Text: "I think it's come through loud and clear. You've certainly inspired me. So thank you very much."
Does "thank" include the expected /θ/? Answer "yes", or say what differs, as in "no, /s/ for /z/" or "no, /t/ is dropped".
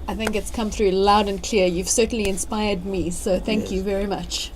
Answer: yes